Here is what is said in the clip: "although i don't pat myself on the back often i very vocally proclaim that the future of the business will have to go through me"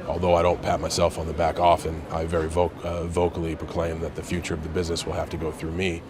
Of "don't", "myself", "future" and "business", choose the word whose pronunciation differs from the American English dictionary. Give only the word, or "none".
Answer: none